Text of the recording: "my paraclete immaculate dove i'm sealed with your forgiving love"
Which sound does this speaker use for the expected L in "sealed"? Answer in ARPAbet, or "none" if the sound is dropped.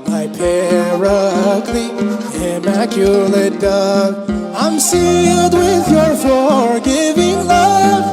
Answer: L